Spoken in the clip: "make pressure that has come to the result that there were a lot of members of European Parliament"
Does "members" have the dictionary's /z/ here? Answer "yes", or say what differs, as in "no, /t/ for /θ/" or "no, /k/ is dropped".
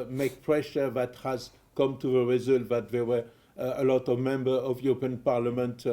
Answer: no, /z/ is dropped